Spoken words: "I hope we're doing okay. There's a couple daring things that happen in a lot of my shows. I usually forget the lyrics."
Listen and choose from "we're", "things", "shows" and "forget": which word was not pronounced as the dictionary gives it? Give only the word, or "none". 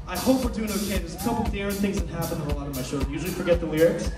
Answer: shows